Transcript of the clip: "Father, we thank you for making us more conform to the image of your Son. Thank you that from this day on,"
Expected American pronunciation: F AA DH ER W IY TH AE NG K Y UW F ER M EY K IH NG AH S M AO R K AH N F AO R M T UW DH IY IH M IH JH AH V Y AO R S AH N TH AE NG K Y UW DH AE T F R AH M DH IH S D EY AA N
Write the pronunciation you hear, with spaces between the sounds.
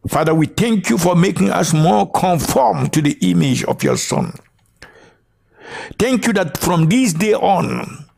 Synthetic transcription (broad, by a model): F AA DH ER W IY TH AE NG K Y UW F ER M EY K IH NG AH S M AO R K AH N F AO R M T UW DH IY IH M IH JH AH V Y AO R S AH N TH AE NG K Y UW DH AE T F R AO M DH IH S D EY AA N